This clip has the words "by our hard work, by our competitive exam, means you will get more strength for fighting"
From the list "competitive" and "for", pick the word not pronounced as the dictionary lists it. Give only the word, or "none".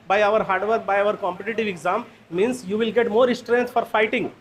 none